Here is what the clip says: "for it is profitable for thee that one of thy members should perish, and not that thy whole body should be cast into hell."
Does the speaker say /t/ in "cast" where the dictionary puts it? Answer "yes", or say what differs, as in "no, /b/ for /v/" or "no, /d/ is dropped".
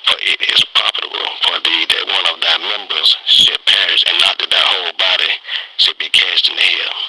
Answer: yes